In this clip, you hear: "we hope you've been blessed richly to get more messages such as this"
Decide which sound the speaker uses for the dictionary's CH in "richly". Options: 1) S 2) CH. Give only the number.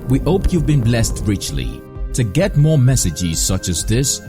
2